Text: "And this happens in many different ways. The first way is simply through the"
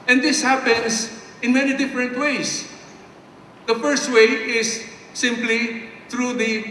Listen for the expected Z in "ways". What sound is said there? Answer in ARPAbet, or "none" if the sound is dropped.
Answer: S